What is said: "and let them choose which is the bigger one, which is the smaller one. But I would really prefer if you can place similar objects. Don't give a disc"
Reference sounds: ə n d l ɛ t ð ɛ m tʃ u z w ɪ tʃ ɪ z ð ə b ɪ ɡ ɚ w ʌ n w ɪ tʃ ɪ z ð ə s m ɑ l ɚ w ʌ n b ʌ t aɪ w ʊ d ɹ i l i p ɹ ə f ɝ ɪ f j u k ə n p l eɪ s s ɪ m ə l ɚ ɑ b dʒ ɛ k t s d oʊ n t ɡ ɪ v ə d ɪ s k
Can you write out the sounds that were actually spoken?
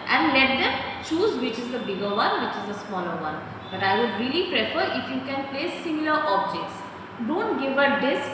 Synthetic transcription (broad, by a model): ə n d l ɛ t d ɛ m tʃ u z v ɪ tʃ ɪ z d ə b ɪ ɡ ɚ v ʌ n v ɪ tʃ ɪ z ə s m ɑ l ɚ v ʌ n b ʌ t aɪ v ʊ d ɹ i l i p ɹ ə f ɝ ɪ f j u k ə n p l eɪ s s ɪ m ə l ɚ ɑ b dʒ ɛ k t s d oʊ n t ɡ ɪ v ə d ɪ s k